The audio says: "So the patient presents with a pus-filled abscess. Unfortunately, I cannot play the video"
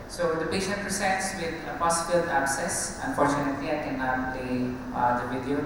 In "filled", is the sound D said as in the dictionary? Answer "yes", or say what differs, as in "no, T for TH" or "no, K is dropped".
no, D is dropped